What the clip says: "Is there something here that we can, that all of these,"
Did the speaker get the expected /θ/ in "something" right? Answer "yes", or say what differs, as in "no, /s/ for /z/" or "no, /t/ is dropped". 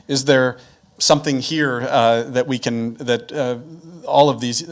yes